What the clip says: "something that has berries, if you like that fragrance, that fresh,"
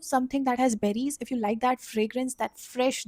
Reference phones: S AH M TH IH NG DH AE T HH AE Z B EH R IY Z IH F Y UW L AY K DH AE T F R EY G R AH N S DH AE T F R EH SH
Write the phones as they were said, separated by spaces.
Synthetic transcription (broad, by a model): S AH M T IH NG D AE T HH AE Z B EH R IY Z IH F Y UW L AY K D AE T F R EY G R AH N S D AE T F R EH SH